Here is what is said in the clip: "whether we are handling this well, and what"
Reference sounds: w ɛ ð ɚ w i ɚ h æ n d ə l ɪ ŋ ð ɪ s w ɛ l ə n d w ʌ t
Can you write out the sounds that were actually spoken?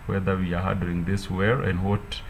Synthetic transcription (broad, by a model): w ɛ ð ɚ w i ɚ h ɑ d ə ɪ ŋ ð ɪ s w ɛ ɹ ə n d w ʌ t